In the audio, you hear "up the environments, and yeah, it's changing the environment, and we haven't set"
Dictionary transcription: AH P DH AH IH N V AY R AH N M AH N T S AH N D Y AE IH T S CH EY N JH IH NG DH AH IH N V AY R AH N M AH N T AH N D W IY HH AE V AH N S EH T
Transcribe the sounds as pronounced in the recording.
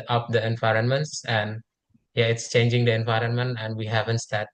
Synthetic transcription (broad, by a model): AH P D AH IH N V AY R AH N M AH N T S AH N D Y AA IH T S CH EY N JH IH NG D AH IH N V AY R AH N M AH N T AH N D W IY HH AE V AH N S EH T